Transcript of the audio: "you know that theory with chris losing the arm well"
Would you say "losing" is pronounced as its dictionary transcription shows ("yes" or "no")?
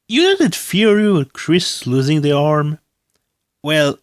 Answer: yes